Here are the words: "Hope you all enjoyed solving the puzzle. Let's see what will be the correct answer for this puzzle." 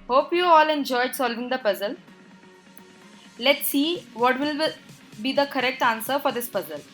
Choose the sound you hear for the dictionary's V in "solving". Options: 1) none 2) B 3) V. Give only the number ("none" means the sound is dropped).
3